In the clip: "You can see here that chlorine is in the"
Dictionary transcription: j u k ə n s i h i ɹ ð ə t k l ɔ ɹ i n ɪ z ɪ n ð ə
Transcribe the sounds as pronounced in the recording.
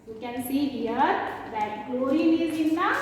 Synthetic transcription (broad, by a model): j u k ə n s i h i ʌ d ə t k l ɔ i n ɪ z ɪ n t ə